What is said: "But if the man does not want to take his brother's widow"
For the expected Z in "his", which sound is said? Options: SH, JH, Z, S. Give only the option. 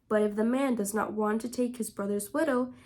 Z